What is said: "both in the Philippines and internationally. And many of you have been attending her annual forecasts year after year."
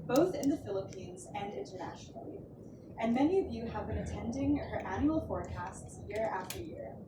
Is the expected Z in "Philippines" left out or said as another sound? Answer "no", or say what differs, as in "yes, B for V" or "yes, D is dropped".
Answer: no